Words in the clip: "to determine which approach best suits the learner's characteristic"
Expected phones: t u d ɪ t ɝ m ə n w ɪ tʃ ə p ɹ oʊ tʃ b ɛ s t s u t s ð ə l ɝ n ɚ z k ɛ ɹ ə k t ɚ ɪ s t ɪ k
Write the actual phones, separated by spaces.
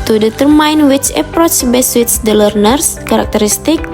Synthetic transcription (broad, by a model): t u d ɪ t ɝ m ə n w ɪ tʃ ə p ɹ oʊ tʃ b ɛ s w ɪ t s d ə l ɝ n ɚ s k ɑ ɹ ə k t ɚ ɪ s t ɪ k